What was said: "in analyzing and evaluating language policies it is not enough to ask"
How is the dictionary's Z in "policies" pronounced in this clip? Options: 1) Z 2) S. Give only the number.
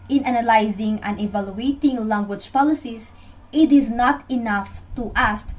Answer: 2